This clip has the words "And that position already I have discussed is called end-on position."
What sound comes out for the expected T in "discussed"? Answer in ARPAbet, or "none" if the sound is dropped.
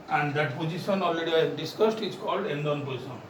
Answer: T